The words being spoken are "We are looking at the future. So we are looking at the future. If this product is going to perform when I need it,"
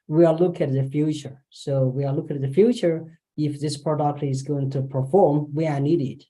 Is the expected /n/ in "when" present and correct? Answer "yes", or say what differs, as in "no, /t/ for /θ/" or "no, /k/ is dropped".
no, /n/ is dropped